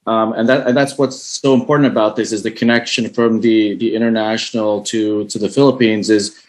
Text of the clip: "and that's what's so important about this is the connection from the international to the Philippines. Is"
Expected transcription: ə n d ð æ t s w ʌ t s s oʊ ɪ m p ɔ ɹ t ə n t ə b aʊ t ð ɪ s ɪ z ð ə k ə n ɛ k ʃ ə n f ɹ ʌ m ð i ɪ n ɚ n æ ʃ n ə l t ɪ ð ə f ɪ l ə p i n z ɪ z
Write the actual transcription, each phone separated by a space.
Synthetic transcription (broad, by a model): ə n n ð æ t s w ʌ t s s oʊ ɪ m p ɔ ɹ t n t ə b aʊ t ð ɪ s ɪ z ð ə k ə n ɛ k ʃ ə n f ɹ ʌ m ð i ɪ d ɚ n æ ʃ n l t ɪ ð ə f ɪ l ə p i n z ɪ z